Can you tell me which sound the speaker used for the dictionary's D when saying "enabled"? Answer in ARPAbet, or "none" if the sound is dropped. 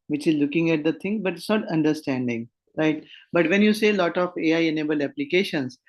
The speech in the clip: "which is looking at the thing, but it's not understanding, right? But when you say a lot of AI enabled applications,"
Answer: none